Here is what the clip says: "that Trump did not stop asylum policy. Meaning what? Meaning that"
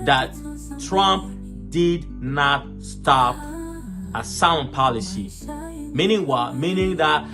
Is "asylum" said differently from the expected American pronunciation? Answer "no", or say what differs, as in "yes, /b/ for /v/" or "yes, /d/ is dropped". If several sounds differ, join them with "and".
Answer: yes, /l/ is dropped